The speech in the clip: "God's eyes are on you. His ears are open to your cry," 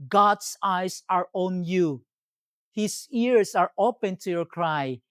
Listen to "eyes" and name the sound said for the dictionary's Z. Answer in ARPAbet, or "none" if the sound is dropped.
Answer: S